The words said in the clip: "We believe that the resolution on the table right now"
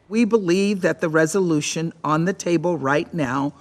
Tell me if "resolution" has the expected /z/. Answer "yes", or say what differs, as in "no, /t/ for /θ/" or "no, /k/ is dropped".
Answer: yes